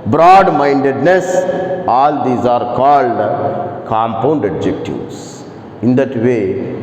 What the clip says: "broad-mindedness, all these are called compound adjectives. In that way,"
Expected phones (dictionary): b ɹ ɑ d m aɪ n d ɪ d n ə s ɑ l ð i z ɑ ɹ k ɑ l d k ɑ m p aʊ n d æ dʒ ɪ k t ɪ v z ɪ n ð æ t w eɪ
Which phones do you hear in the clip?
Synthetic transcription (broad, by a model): b ɹ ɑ d m aɪ n d ɪ d n ə s ɑ l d i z ɑ ɹ k ɑ l d k ɑ m p aʊ n d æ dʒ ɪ k t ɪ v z ɪ n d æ t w eɪ